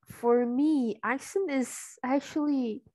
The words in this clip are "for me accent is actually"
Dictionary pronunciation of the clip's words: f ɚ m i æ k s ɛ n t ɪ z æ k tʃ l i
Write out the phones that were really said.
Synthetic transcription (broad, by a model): f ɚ m i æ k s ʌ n ɪ z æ k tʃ l i